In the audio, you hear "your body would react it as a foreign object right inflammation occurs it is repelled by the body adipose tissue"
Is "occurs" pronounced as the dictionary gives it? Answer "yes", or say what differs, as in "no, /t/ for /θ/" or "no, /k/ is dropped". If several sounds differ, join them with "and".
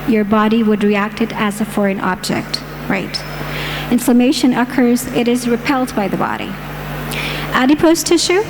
yes